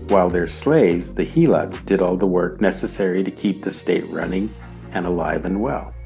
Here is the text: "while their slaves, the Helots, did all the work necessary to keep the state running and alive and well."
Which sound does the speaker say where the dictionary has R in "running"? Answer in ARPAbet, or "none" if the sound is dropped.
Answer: R